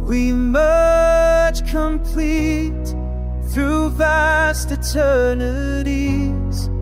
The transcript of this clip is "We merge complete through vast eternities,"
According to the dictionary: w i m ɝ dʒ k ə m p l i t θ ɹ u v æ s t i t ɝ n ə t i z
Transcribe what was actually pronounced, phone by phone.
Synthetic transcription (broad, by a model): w i m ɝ tʃ k ə m p l i t θ ɹ u v æ s t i t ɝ n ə t i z